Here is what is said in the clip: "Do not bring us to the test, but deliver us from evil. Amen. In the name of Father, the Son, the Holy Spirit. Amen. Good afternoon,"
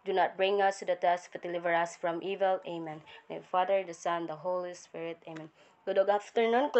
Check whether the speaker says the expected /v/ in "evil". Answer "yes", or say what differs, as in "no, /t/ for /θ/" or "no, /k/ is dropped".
yes